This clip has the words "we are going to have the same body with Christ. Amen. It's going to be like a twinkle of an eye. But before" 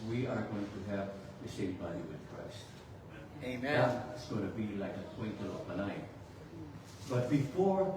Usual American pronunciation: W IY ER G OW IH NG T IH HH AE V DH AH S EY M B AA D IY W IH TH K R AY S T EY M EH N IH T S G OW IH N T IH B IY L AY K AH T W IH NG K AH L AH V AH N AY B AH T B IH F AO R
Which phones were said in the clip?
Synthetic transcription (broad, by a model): W IY ER G OW IH NG T IH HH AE V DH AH SH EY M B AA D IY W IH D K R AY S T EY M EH IH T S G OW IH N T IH B IY L AY K AH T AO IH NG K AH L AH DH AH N AY B AH T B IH F AO R